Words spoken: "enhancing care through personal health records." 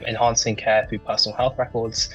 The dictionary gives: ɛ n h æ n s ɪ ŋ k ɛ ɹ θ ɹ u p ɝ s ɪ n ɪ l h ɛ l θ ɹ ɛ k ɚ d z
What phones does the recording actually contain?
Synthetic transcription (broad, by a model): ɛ n h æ n s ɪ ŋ k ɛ θ ɹ u p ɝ s n l h ɛ l θ ɹ ɛ k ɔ d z